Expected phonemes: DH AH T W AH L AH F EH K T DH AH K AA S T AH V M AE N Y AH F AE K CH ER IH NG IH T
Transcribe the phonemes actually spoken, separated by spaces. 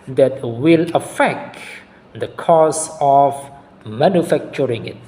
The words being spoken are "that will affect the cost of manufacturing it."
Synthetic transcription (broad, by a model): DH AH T W AH L AH F EH K T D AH K AA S AH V M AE N Y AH F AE K CH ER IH NG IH T